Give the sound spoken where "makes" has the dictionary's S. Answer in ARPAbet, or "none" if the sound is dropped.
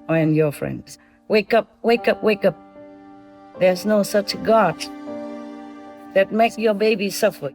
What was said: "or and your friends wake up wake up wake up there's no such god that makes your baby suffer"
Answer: none